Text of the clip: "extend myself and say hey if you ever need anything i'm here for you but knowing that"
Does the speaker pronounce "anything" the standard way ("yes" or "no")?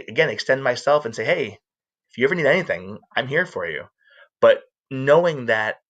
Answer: yes